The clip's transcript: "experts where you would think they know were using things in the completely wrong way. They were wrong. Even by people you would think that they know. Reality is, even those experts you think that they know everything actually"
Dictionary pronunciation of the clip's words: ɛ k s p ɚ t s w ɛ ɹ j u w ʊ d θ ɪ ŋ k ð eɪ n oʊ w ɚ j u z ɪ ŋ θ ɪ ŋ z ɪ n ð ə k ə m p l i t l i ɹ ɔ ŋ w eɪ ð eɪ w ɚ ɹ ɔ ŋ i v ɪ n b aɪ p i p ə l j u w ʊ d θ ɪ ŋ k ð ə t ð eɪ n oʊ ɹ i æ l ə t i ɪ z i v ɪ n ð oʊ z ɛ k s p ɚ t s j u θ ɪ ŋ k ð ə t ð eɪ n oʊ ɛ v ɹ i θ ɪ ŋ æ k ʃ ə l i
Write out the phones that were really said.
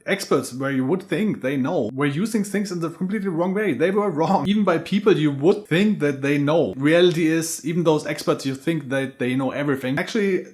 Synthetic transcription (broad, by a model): ɛ k s p ɚ t s w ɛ ɹ j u w ʊ d θ ɪ ŋ k ð eɪ n oʊ w ɚ j u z ɪ ŋ θ ɪ ŋ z ɪ n ð ə k ə m p l i t l i ɹ ɔ ŋ w eɪ ð eɪ w ɚ ɹ ɔ ŋ i v n b aɪ p i p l j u w ʊ d θ ɪ ŋ k ð ə t ð eɪ n oʊ ɹ i æ l ə t i ɪ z i v n ð oʊ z ɛ k s p ɚ t s j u θ ɪ ŋ k ð ə t ð eɪ n oʊ ɛ v ɹ i θ ɪ ŋ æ k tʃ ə l i